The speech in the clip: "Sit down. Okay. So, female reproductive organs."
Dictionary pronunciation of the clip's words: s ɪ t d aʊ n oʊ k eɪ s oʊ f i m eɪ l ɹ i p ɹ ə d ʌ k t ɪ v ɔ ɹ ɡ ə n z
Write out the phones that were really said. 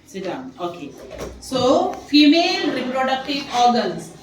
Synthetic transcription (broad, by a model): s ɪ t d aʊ oʊ k eɪ s oʊ f i m eɪ l ɹ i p ɹ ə d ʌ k t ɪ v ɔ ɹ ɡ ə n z